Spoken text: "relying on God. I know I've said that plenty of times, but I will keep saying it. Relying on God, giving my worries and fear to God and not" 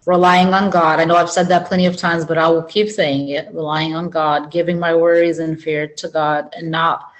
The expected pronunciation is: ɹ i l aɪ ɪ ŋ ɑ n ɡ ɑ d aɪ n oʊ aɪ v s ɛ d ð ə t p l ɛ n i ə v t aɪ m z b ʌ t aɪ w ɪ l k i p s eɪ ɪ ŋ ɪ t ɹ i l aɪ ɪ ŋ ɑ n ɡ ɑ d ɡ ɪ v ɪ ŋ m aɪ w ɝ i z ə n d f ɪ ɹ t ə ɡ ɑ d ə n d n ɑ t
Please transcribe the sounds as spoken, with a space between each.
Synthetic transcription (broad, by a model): ɹ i l aɪ ɪ ŋ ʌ n ɡ ɑ d aɪ n oʊ aɪ v s ɛ d ð ə t p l ɛ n i ə v t aɪ m z b ʌ t aɪ w ɪ l k i p s eɪ ɪ ŋ ɪ t ɹ i l aɪ ɪ ŋ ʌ n ɡ ɑ d ɡ ɪ v ɪ ŋ m aɪ w ɝ i z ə n f ɪ ɹ t ə ɡ ɑ d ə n n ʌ t